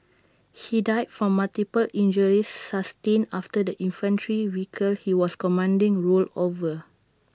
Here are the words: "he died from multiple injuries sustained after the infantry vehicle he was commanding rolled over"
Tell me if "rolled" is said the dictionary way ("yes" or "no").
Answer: no